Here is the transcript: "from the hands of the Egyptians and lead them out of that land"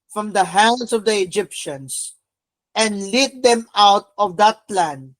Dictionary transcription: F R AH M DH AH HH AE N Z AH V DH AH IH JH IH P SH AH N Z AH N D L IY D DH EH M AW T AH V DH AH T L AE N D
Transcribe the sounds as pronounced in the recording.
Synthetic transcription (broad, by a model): F R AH M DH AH HH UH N S AH V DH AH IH JH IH P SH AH N S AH N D L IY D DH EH M AW T AH V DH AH T L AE N D